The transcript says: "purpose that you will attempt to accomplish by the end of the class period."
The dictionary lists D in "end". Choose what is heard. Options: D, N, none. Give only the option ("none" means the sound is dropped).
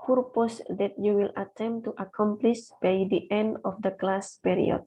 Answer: D